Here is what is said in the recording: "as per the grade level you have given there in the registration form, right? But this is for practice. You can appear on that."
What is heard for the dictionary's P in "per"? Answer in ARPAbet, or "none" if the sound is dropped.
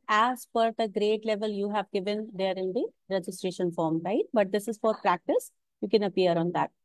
F